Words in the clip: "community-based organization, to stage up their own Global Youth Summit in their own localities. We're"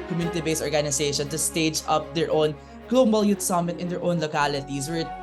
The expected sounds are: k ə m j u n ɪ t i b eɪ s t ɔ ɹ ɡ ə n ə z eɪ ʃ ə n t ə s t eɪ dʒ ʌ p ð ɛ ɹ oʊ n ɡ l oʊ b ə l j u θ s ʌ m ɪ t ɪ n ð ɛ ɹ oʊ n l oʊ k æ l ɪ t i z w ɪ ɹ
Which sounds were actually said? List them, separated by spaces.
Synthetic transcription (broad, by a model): k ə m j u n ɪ t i b eɪ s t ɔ ɹ ɡ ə n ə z eɪ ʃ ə n t ə s t eɪ dʒ ʌ p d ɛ ɹ oʊ n ɡ l oʊ b ə l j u t s ʌ m ɪ t ɪ n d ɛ ɹ oʊ n l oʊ k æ l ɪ t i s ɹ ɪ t